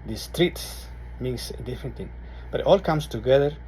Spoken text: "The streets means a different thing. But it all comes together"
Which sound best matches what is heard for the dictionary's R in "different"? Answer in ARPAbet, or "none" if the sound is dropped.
none